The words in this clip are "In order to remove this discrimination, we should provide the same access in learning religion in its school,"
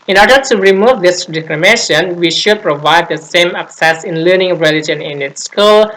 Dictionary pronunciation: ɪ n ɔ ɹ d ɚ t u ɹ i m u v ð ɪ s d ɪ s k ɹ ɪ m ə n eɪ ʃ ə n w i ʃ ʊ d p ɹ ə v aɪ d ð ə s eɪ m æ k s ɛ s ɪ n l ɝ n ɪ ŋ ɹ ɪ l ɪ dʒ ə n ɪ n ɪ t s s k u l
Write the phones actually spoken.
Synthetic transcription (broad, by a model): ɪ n ɔ ɹ d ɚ t u ɹ i m u v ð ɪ s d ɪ k l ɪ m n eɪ ʃ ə n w i ʃ ʊ d p ɹ ə v aɪ d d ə s eɪ m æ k s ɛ s ɪ n l ɝ n ɪ ŋ ɹ ɪ l ɪ dʒ ə n ɪ n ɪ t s s k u l